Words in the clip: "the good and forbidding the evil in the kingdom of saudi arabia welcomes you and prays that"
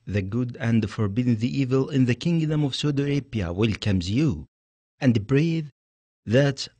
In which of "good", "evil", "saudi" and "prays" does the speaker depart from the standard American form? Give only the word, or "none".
prays